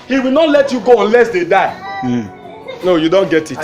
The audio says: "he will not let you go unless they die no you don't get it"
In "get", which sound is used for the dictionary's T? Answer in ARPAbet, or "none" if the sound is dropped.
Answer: T